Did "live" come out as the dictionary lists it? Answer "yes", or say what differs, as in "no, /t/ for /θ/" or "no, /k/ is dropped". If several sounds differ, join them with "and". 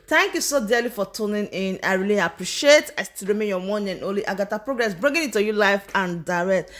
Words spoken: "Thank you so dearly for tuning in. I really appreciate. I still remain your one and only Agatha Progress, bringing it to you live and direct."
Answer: no, /f/ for /v/